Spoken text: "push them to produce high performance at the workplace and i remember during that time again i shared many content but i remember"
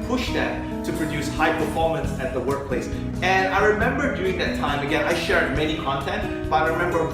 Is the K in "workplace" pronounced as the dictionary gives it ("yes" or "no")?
yes